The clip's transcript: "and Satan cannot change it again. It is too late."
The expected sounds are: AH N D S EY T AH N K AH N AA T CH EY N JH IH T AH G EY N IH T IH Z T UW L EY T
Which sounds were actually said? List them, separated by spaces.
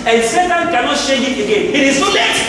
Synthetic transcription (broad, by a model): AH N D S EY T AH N K AH N AA T SH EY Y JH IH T AH G EY N IH T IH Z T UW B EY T